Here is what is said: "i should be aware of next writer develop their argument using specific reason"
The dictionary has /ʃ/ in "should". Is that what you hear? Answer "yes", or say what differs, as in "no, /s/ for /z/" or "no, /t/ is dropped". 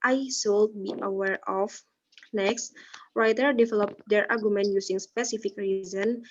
no, /s/ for /ʃ/